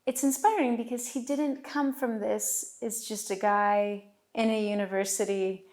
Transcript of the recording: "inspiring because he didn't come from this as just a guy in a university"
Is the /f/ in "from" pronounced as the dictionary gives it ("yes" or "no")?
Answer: yes